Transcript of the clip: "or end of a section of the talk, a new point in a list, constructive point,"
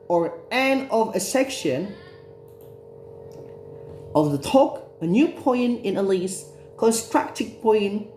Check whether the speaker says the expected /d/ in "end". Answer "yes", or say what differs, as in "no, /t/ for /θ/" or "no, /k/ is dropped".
no, /d/ is dropped